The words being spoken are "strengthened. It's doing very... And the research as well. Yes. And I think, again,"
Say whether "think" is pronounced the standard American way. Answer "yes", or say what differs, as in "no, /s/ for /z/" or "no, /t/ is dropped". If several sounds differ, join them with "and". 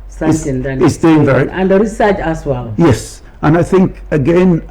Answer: yes